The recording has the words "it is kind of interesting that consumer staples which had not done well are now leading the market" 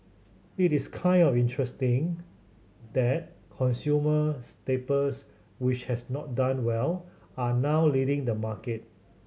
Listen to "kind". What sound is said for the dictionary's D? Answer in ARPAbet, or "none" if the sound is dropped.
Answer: D